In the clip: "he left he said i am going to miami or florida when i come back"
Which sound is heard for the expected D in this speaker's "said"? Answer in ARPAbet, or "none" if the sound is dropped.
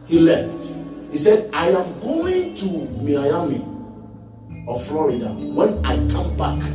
D